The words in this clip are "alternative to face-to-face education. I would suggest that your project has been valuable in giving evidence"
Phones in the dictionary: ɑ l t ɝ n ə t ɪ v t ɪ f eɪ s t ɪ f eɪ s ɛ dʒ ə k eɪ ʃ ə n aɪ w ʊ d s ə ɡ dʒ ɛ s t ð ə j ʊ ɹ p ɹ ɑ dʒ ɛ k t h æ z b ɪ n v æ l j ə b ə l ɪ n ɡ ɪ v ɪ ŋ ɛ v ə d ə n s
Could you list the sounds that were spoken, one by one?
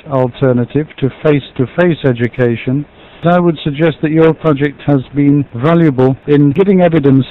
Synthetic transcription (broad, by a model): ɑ l t ɝ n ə t ɪ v t ɪ f eɪ s t ɪ f eɪ s ɛ dʒ ə k eɪ ʃ ə n aɪ w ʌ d s ə ɡ dʒ ɛ s t ð ə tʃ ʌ ɹ p ɹ ɑ dʒ ɛ k t h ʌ z b ɪ n v æ l j ə b ə l ɪ n ɡ ɪ v ɪ ŋ ɛ v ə d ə n s